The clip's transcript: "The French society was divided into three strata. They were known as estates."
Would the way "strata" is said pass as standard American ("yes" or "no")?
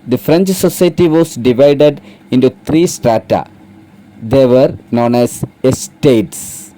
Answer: yes